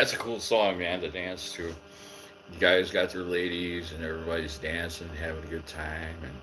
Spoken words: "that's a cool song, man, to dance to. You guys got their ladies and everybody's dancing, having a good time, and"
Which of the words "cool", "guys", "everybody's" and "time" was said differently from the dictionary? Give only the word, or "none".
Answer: none